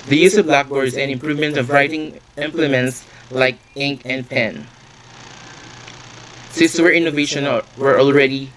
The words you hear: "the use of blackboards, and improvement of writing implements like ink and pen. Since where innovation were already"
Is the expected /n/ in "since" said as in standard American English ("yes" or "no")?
no